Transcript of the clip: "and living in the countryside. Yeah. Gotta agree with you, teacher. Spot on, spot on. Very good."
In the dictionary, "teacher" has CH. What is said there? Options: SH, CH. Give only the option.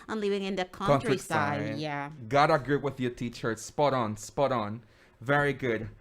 CH